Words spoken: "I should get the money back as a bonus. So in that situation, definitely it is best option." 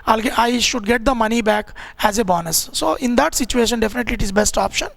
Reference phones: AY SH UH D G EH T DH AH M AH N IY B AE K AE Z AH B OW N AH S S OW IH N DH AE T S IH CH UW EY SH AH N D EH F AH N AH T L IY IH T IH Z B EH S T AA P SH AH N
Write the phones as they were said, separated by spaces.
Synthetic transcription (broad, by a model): AY SH UH D G EH T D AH M AH N IY B AE K AE Z AH B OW N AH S S OW IH N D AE T S IH CH UW EY SH AH N D EH F AH N AH T L IY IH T IH Z B EH S T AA P SH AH N